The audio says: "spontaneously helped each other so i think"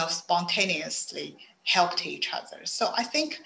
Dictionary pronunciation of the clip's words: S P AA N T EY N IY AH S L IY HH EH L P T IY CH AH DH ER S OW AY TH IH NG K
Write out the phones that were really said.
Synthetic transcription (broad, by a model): S P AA N T EY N IY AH S L IY HH EH L P T IY CH AH DH ER S OW AY TH IH NG K